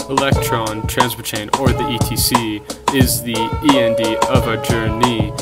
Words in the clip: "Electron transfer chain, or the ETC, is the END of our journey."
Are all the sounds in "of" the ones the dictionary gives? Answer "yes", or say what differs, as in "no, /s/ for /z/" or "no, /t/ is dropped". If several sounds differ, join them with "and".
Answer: yes